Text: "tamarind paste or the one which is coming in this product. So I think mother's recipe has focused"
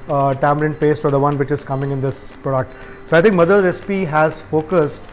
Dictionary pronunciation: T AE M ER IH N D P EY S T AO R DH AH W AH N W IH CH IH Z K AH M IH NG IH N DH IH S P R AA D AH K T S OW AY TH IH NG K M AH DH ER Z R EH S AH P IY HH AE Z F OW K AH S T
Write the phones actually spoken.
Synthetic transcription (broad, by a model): T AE M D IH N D P EY S T AO R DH AH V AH N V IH CH IH Z K AH M IH NG IH N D IH S P R AA D AH K T S OW AY T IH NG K M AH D ER R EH S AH P IY HH AE Z F OW K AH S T